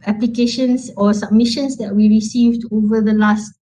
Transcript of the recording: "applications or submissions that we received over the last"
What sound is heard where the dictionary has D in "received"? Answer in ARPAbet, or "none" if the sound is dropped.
D